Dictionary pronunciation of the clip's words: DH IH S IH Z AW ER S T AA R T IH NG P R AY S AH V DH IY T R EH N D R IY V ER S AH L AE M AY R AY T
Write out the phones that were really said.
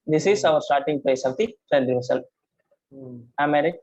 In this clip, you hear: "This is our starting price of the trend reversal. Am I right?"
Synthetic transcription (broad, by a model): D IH S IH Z AW ER S T AA R T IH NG P L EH S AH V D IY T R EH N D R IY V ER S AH L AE M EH R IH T